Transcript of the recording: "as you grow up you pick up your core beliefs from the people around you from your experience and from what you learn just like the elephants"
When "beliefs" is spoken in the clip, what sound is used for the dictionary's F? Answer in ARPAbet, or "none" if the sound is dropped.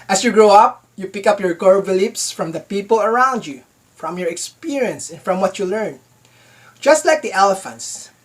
P